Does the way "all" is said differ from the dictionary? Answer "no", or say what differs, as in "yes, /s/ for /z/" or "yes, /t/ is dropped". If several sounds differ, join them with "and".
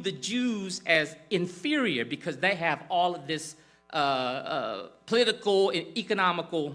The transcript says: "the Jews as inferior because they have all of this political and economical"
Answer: no